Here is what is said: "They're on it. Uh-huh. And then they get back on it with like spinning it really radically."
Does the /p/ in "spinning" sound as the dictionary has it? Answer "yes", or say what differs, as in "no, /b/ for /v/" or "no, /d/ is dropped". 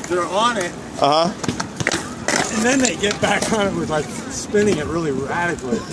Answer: yes